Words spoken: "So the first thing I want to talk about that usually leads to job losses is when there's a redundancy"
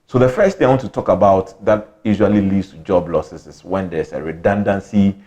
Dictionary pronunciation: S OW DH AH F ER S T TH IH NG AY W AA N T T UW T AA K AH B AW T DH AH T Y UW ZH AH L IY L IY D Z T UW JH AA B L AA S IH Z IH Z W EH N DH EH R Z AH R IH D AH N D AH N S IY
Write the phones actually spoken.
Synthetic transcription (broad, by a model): S OW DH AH F ER S T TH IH AY W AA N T T UW T AA K AH B AW T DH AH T Y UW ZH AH L IY L IY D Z T UW JH AA B L AA S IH S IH S W EH N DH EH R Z AH R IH D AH N D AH N S IY